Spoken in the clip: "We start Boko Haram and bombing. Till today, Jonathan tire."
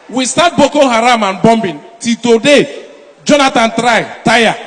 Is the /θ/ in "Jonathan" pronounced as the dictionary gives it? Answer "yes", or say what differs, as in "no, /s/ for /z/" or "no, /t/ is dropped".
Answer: no, /t/ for /θ/